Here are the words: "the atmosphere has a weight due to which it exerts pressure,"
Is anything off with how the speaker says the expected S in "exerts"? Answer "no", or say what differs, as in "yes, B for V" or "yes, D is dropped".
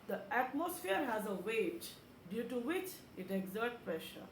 yes, S is dropped